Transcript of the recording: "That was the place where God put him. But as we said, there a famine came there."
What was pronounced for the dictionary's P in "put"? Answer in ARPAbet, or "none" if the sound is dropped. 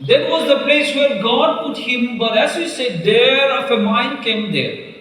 P